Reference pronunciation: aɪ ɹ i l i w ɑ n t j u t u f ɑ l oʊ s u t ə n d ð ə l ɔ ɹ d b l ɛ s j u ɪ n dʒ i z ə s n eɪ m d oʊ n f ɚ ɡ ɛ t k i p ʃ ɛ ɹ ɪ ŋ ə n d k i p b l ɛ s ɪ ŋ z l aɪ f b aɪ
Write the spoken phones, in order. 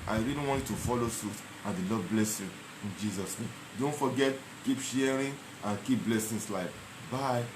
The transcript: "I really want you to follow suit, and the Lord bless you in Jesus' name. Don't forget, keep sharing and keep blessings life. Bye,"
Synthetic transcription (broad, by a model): aɪ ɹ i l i w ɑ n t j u t u f ɑ l oʊ s u t ə n d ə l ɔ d b l ɛ s j u ɪ n dʒ i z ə s n eɪ m d oʊ n f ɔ ɡ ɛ t k i p ʃ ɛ ɹ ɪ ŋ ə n k i p b l ɛ s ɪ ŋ s l aɪ f b aɪ